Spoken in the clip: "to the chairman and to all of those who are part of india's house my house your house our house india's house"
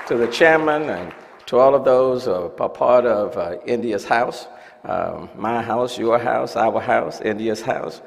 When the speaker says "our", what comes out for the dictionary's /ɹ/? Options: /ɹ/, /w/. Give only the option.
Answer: /w/